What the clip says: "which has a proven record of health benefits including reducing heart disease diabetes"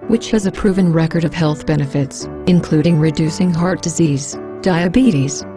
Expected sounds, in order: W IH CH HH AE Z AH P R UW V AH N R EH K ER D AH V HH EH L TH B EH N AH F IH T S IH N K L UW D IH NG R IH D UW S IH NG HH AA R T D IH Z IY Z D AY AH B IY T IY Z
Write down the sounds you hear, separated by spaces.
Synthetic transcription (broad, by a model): W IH CH HH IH Z AH P R UW V AH N R EH K ER D AH V HH EH L TH B EH N AH F IH T S IH N K L UW D IH NG R IH D UW S IH NG HH AA R T D IH Z IY Z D AY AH B IY T IY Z